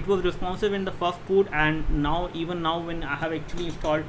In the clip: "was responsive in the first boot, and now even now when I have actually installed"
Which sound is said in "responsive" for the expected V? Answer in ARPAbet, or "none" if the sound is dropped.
B